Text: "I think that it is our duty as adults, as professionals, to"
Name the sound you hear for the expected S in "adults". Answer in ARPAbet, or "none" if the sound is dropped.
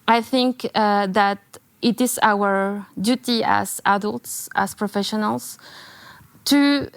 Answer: S